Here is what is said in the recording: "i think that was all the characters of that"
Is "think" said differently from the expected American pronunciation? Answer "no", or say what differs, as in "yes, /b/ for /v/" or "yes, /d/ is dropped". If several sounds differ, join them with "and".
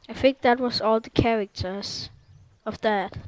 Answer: yes, /f/ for /θ/